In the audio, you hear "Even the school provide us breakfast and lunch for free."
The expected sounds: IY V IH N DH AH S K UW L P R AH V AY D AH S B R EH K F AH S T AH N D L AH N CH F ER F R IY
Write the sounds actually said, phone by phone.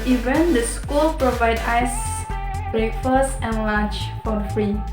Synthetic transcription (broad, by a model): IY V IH N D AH S K UW L P R AH V AY D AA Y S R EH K F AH S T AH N L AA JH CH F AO F R IY